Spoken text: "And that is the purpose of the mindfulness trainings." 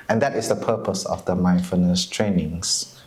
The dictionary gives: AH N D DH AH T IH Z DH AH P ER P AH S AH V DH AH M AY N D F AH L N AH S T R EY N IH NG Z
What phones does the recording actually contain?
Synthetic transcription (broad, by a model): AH N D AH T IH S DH AH P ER P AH S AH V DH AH M AY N F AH N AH S T R EY N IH NG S